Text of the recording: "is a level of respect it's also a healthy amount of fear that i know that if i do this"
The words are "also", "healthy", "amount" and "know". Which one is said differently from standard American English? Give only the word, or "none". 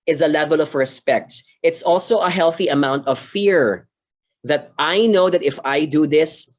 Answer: none